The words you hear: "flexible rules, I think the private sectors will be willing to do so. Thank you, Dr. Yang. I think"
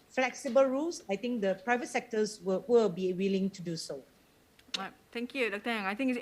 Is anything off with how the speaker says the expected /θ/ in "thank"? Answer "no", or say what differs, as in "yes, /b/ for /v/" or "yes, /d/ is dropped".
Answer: yes, /t/ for /θ/